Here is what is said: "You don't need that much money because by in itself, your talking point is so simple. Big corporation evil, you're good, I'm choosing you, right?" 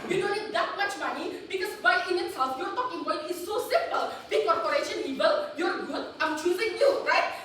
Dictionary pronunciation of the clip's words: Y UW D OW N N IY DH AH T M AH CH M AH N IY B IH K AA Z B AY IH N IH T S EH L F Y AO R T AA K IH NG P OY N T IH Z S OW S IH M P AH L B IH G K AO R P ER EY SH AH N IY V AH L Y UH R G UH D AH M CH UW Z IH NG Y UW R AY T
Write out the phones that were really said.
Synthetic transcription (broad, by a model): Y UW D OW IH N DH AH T M AH CH M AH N IY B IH K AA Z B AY IH N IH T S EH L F Y AO R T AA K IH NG B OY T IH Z S OW S IH M P AH L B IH K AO R P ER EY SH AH N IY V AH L Y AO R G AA AH M CH UW Z IH NG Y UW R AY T